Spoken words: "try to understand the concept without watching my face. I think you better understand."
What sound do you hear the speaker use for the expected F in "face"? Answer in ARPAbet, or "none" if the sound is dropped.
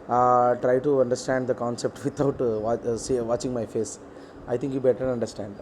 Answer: F